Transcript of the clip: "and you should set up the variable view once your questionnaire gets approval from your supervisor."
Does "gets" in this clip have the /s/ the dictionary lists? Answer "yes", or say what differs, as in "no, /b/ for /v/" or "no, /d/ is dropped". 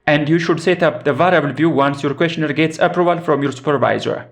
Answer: yes